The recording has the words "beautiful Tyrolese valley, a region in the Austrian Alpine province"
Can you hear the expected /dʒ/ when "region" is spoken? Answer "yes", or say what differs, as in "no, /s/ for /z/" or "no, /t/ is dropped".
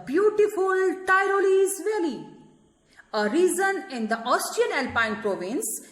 no, /z/ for /dʒ/